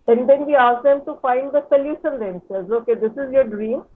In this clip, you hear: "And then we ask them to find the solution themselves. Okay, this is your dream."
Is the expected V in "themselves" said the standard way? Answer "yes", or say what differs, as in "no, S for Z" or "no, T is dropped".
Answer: no, V is dropped